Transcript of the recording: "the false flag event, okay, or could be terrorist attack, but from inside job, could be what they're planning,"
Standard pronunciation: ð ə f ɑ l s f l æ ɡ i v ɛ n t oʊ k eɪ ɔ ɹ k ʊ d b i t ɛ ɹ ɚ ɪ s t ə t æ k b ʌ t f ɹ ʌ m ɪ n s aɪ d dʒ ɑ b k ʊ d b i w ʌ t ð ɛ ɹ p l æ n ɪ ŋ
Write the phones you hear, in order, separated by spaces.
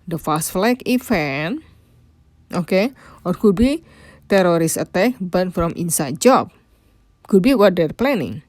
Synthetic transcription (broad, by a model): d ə f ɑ s f l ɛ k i f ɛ n t oʊ k eɪ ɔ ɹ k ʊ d b i t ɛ ɹ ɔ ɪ s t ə t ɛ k b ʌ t f ɹ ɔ m ɪ n s aɪ d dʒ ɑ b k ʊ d b i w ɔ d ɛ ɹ p l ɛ n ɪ ŋ